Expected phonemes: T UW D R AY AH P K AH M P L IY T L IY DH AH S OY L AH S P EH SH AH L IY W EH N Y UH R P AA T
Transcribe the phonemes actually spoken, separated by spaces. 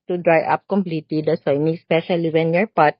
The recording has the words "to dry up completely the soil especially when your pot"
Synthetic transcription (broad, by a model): T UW D R AY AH P K AH M P L IY T L IY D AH S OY N AH S P EH SH AH L IY W EH N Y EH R P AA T